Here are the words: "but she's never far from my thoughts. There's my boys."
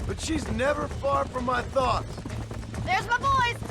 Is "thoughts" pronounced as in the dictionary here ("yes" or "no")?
yes